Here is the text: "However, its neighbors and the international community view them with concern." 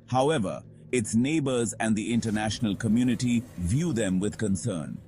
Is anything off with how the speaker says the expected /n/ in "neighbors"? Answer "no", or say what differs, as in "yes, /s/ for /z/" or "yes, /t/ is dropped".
no